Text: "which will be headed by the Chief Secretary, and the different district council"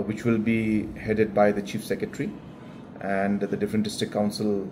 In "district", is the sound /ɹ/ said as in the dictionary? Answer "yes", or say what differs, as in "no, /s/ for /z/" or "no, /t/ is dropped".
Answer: no, /ɹ/ is dropped